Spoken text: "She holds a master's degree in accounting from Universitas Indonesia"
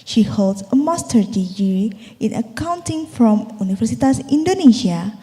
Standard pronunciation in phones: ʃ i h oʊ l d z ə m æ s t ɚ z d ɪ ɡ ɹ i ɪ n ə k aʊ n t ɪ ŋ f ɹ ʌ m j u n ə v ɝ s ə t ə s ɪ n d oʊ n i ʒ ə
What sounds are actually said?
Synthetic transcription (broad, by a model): ʃ i h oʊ l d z ə m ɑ s t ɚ d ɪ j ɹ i ɪ n ə k aʊ n t ɪ ŋ f ɹ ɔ m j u n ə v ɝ s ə t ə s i n d oʊ n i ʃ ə